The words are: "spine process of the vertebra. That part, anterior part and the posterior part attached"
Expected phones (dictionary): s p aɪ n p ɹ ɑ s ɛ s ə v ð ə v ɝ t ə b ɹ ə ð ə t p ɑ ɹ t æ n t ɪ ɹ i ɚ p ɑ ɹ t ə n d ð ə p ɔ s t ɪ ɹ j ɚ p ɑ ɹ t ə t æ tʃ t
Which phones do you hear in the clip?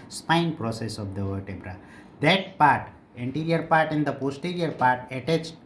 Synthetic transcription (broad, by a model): s p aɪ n p ɹ ɑ s ɛ s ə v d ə v ɝ t ə b ɹ ə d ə t p ɑ ɹ t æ n t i ɹ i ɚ p ɑ ɹ t ə n d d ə p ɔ s t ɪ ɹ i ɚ p ɑ ɹ t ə t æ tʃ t